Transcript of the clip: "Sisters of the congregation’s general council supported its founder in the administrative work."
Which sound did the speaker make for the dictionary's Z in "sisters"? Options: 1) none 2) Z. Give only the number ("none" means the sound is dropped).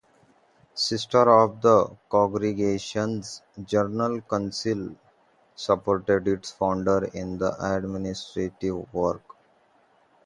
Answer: 1